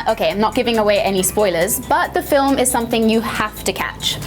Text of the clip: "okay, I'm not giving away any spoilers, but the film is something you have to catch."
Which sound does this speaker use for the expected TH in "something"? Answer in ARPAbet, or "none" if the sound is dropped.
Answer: TH